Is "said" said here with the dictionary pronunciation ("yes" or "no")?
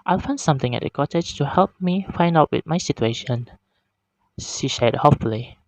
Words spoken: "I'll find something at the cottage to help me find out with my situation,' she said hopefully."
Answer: no